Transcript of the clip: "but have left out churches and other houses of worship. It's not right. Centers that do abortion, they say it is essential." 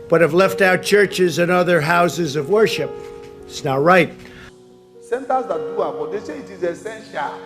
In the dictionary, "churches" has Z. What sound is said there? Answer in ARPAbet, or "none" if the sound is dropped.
Z